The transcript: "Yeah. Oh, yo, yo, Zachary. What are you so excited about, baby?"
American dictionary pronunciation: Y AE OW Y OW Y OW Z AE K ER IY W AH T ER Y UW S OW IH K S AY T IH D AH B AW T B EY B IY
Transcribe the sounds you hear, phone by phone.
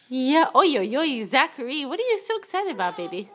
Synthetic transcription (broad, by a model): Y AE OW Y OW Y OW Z AE K ER IY W AH T ER Y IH S OW IH K S AY T IH D AH B AW T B EY B IY